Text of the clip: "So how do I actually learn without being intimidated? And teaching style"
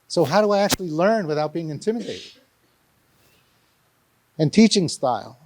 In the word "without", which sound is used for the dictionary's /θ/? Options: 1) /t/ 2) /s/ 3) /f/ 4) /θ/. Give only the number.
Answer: 4